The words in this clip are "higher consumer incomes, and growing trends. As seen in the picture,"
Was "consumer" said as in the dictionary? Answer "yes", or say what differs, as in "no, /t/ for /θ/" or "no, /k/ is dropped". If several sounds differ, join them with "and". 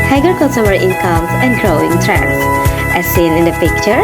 no, /n/ is dropped